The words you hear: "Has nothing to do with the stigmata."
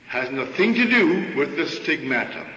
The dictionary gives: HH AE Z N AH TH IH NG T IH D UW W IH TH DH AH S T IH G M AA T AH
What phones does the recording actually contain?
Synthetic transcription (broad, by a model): HH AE Z N AH TH IH NG T IH D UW W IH DH AH S T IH G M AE T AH